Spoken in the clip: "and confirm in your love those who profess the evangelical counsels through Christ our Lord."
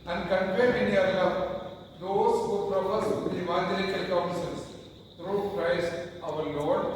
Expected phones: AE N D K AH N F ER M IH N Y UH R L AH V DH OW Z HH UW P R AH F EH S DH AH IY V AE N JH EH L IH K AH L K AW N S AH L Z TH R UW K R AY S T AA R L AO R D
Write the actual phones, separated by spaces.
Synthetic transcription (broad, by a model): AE N D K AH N P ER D IH N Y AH R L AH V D OW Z HH UW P R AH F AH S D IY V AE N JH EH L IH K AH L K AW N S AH L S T R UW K R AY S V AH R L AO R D